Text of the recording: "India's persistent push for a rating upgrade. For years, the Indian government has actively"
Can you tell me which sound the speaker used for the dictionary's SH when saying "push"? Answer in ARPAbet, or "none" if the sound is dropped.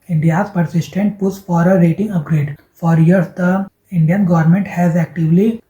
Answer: S